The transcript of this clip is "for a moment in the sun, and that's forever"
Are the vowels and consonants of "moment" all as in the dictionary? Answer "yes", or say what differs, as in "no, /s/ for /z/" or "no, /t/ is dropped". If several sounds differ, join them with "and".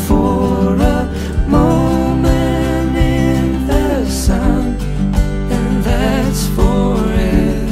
no, /t/ is dropped